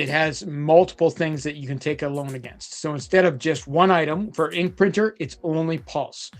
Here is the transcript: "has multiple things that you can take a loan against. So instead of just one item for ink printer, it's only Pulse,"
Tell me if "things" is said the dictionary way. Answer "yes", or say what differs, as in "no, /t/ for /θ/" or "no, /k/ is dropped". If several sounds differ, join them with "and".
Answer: yes